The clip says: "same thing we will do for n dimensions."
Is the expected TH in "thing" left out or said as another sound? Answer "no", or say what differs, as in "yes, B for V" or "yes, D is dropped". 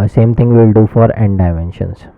yes, T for TH